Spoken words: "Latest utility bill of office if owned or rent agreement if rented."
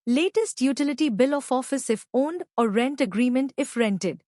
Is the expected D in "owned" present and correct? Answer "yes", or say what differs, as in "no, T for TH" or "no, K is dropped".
yes